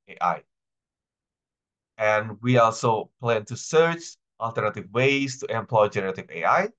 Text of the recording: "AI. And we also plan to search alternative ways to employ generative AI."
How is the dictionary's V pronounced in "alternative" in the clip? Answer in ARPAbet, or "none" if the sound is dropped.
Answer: V